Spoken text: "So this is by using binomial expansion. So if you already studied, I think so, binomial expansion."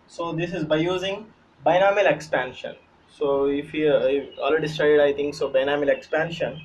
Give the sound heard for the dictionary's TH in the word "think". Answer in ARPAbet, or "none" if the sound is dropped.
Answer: T